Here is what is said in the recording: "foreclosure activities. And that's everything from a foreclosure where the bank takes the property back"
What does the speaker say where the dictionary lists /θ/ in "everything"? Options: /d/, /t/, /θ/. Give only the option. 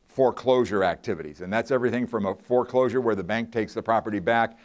/θ/